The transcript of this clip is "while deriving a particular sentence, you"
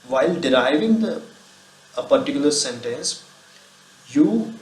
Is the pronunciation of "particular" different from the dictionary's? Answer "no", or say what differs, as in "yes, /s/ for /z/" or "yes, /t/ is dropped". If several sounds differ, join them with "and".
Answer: no